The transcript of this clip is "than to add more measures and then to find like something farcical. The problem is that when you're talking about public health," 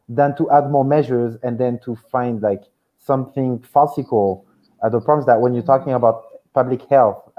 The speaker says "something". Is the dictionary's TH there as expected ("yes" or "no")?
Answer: yes